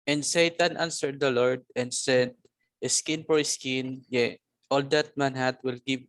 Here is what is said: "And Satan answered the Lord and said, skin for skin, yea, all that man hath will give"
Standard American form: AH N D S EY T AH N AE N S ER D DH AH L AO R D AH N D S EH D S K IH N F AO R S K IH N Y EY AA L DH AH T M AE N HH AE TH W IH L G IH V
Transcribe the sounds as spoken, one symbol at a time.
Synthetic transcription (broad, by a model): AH N D S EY T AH N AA N S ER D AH L AO R D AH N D S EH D S K IH N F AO R S K IH N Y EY AA L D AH T M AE N HH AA T W IH L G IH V